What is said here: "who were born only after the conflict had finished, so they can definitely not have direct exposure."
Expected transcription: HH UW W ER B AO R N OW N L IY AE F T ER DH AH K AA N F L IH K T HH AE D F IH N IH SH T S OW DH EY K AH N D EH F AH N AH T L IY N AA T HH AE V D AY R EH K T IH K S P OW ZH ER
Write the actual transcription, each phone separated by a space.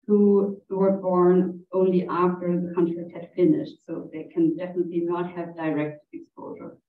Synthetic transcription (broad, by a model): HH UW W ER B AO R N OW N L IY AE F T ER DH AH K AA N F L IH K T HH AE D F IH N IH SH T S OW DH EY K AH N D EH F AH N AH T L IY N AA T HH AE V D AY R EH K T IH K S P OW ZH ER